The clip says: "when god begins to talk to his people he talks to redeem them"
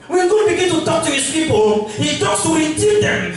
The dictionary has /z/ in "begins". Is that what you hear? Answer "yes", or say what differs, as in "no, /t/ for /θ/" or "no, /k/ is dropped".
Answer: no, /z/ is dropped